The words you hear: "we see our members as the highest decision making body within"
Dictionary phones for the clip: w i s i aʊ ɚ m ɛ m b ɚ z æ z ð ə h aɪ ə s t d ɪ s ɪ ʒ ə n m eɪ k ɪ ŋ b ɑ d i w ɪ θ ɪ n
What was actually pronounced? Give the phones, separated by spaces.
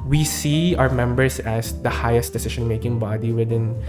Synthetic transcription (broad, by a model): w i s i aʊ ɚ m ɛ m b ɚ s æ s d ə h aɪ ə s t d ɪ s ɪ ʃ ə n m eɪ k ɪ ŋ b ɑ d i w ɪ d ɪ n